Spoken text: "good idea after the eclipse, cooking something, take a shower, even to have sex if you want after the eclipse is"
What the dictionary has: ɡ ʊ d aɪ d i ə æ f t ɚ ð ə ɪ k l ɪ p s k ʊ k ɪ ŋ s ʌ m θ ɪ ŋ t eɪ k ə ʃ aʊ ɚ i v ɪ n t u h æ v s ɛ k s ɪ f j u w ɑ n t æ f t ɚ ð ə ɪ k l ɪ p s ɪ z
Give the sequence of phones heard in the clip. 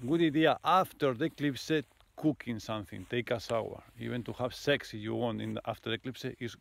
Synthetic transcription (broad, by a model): ɡ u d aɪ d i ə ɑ f t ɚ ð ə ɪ k l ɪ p s k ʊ k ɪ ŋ s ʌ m θ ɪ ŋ t eɪ k ə s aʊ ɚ i v ɪ n t u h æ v s ɛ k s ɪ f j u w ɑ n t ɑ f t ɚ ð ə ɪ k l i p s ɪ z